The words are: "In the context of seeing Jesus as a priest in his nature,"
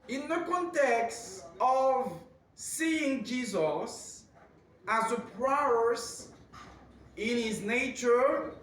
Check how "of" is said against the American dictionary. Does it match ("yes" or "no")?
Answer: yes